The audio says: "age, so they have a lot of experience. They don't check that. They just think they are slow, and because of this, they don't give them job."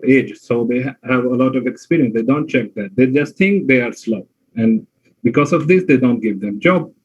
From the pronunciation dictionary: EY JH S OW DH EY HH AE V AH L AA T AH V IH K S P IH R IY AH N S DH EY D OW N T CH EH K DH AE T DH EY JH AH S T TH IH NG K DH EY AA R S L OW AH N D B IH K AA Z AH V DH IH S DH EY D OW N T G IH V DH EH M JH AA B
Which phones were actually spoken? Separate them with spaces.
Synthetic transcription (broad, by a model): EY JH S OW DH EY HH AE V AH L AA T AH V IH K S P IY R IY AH N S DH EY D OW N T CH EH K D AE T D EY JH AH S T T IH NG K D EY AA R S L OW AH N D B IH K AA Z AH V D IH S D EY D OW N T G IH V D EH M JH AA B